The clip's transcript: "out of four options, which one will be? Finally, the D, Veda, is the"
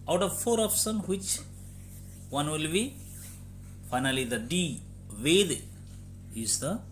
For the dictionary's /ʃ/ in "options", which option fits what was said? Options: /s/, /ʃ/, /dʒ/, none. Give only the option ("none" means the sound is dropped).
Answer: /s/